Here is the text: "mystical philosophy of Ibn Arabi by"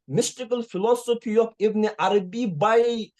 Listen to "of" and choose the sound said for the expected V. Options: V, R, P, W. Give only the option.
P